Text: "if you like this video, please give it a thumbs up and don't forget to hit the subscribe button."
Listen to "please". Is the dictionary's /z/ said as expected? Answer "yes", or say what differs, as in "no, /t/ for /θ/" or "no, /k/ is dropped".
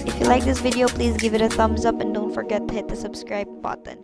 yes